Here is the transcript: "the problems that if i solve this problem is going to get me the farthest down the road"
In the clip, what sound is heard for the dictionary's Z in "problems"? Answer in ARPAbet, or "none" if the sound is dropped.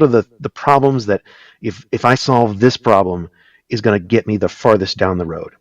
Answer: Z